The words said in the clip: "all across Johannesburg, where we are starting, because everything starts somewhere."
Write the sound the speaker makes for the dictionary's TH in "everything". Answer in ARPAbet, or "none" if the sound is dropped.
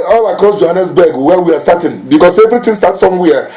T